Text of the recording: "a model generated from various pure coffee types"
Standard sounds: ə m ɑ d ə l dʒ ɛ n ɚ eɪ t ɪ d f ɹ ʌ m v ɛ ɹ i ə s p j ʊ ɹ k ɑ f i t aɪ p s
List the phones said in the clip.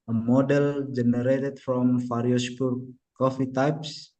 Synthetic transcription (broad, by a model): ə m ɑ d ə l dʒ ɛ n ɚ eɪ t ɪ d f ɹ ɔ m f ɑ ɹ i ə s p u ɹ k ɑ f i t aɪ p s